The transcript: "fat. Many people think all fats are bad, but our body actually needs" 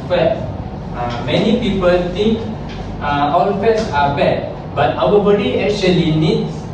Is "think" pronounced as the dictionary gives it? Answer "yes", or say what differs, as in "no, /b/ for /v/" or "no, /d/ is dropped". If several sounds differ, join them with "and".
no, /t/ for /θ/